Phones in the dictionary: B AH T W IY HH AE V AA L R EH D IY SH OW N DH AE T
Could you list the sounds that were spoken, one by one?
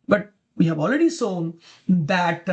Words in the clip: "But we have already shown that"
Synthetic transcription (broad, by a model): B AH T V IY HH AE V AA L R EH D IY S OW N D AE T